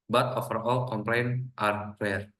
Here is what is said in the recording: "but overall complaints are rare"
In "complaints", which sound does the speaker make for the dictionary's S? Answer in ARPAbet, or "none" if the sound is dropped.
none